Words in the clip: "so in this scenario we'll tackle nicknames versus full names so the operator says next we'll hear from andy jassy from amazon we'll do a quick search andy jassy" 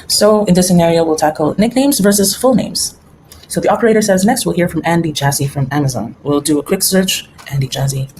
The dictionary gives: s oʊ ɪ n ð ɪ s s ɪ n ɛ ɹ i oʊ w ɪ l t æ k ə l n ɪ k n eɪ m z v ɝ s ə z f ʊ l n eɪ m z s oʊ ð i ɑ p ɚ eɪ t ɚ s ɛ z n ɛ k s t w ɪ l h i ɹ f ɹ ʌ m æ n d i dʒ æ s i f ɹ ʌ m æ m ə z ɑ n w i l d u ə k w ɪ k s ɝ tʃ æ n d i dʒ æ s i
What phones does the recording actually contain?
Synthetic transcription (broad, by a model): s oʊ ɪ n ð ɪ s s ɪ n ɛ ɹ i oʊ w ɪ l t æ k l n ɪ k n eɪ m z v ɝ s ə z f ʊ l n eɪ m z s oʊ ð i ɑ p ɚ eɪ t ɚ s ɛ z n ɛ k s t w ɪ l h i ɹ f ɹ ʌ m æ n d i dʒ æ s i f ɹ ʌ m æ m ə z ɑ n w i l d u ə k w ɪ k s ɝ tʃ æ n d i dʒ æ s i